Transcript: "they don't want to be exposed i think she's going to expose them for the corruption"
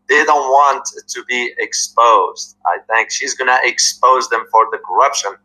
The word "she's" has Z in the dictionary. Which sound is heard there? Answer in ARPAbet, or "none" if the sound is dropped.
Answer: Z